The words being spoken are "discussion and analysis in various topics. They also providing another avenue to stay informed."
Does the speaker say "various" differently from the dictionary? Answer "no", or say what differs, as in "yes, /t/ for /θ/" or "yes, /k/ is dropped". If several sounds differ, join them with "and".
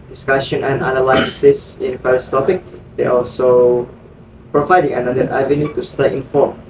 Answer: yes, /f/ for /v/